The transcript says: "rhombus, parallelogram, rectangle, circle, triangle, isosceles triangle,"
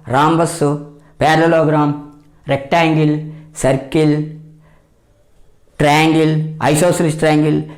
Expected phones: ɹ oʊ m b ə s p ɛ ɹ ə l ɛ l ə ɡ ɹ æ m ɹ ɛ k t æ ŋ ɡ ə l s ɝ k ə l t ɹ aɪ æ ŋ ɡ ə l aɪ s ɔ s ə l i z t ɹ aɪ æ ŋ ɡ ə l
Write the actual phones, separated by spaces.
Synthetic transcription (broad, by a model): ɹ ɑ m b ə s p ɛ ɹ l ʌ l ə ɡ ɹ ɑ m ɹ ɛ k t æ ŋ ɡ ə l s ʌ k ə l t ɹ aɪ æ ŋ ɡ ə l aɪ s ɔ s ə l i s t ɹ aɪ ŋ ɡ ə l